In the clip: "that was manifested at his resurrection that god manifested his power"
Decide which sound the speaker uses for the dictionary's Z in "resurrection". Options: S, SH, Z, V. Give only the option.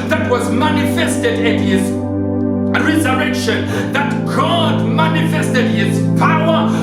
Z